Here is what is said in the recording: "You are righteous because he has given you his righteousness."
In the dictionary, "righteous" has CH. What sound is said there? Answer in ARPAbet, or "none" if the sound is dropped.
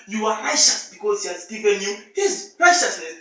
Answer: SH